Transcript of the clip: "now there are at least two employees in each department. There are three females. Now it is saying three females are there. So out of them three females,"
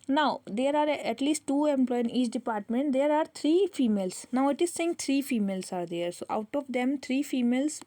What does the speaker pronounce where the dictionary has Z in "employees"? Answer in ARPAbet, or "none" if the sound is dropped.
none